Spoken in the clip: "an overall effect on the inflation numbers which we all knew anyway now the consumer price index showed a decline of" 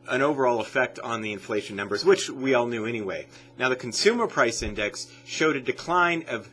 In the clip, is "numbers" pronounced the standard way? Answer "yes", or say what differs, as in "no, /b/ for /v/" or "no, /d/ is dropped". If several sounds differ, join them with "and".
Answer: yes